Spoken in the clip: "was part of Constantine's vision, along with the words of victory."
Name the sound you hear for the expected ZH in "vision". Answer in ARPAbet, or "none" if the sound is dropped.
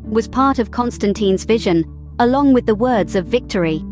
ZH